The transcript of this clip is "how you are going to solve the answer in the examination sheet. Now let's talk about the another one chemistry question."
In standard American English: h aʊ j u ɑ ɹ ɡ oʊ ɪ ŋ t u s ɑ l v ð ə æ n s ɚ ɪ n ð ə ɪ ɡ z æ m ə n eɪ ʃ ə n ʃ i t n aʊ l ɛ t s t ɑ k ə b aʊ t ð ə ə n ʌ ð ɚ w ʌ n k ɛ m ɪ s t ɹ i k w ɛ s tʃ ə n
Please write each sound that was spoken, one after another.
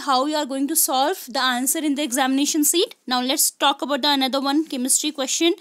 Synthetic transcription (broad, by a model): h aʊ j u ɑ ɹ ɡ oʊ ɪ ŋ t u s ɑ l v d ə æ n s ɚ ɪ n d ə ɪ ɡ z æ m ə n eɪ ʃ ə n s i t n aʊ l ɛ t s t ɑ k ə b aʊ t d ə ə n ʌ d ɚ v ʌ n k ɛ m ɪ s t ɹ i k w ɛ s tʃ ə n